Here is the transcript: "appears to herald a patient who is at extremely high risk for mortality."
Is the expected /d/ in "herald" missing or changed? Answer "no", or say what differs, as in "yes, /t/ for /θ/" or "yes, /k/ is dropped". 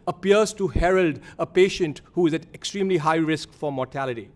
no